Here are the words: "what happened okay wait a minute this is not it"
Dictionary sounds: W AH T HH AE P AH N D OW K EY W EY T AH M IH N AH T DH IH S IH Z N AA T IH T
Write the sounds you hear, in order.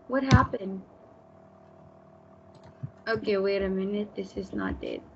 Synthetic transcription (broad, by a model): W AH T HH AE P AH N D OW K EY W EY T AH M IH N AH T DH IH S IH Z N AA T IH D